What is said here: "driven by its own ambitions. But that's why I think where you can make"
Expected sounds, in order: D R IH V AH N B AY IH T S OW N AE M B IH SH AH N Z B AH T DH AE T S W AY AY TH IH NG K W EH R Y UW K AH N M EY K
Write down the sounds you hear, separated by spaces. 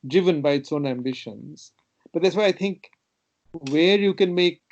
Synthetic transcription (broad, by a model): D R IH V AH N B AY IH T S OW N AE M B IH SH AH N Z B AH T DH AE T S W AY AY T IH NG K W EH R Y UW K AH N M EY K